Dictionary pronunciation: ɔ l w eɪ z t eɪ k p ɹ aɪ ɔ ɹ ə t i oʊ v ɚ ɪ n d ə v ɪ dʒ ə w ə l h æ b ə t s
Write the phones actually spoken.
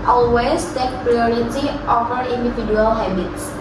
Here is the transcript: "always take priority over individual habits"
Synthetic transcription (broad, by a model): ɔ l w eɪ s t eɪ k p ɹ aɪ ɔ ɹ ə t i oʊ f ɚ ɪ n d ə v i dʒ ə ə l h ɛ b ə t s